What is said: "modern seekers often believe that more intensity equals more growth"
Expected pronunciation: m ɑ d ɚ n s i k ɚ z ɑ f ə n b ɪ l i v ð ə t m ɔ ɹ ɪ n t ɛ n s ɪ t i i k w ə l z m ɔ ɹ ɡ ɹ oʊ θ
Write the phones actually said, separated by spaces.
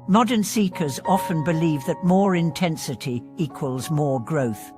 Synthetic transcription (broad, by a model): m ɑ d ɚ n s i k ɚ z ɑ f ə n b ɪ l i v ð ə t m ɔ ɹ ɪ n t ɛ n s ɪ t i i k w ə l z m ɔ ɹ ɡ ɹ oʊ θ